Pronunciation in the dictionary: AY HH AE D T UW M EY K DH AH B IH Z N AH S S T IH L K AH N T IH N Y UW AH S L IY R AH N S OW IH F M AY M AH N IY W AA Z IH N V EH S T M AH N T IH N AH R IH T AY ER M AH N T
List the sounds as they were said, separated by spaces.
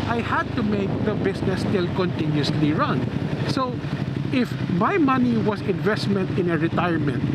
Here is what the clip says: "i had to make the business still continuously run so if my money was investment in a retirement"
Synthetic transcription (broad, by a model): AY HH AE D T UW M EY K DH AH B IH S N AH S S T IH L K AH N T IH N Y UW S L IY R AH N S OW IH F M AY M AH N IY W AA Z IH N V EH S T M AH N T IH N AH R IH T AY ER M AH N T